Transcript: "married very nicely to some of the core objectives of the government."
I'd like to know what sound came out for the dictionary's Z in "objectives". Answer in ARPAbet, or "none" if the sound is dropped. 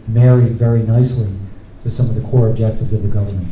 Z